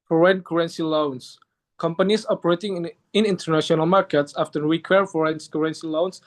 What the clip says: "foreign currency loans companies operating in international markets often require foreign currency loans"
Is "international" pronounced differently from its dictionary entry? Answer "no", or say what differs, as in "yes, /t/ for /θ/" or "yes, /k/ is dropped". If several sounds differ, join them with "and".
no